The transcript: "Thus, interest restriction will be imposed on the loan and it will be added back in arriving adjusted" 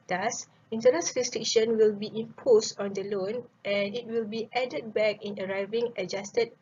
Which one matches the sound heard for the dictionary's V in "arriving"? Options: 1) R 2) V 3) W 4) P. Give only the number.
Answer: 2